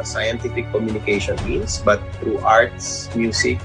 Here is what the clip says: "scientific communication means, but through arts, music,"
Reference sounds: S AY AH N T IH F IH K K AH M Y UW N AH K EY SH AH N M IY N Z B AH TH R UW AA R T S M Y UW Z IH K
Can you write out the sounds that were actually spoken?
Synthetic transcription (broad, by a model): S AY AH N T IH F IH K K AH M Y UW N AH K EY SH AH N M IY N S B AH T R UW AA R T S M Y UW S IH K